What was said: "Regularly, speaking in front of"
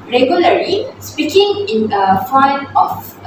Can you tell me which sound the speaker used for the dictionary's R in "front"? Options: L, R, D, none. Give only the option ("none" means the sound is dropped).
none